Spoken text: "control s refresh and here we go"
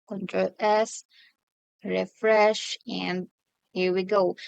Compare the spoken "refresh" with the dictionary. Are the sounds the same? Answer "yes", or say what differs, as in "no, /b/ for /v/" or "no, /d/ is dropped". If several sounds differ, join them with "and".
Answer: yes